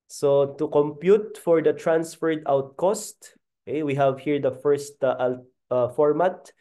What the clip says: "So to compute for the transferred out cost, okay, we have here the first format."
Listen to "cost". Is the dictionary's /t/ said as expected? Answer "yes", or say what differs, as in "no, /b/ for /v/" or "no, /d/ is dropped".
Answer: yes